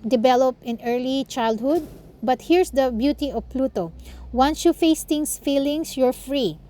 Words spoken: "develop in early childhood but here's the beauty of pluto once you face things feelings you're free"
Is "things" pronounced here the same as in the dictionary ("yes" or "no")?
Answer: no